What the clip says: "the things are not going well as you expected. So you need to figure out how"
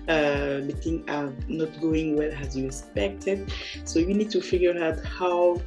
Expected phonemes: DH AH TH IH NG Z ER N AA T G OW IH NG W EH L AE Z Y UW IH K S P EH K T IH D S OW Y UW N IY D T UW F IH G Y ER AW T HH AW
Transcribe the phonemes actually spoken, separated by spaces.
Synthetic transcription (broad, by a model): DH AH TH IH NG ER N AA T G OW IH NG W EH L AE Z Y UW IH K S P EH K T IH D S OW Y UW N IY D T UW F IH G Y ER AW T HH AW